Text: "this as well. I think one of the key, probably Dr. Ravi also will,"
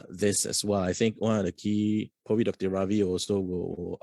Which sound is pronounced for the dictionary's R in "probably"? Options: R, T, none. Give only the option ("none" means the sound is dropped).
none